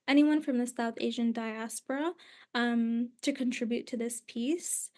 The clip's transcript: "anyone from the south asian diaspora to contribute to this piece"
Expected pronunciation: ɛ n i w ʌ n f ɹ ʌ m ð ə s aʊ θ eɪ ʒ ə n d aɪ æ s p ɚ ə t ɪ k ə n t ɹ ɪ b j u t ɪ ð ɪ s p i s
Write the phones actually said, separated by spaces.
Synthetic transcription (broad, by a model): ɛ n i w ʌ n f ɹ ʌ m ð ə s aʊ θ eɪ ʒ ə n d aɪ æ s p ɚ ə t ɪ k ə n t ɹ ɪ b j u t ɪ ð ɪ s p i s